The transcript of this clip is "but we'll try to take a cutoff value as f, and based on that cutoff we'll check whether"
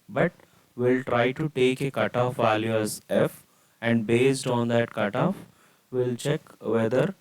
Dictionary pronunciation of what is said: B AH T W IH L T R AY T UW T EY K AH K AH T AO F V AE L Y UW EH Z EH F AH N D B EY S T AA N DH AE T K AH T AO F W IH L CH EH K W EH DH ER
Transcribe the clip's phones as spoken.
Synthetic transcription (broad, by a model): B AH T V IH L T R AY T UW T EY K AH K AH T AO F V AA L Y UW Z EH F AH N D B EY S T AA N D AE T K AH T AO F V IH L CH EH K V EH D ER